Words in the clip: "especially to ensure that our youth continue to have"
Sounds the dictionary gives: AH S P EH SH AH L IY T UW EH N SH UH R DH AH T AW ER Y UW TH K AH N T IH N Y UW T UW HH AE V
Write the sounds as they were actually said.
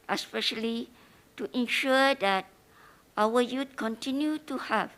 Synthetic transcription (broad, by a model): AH S P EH SH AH L IY T UW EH N SH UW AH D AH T AW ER Y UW T K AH N T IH N Y UW T UW HH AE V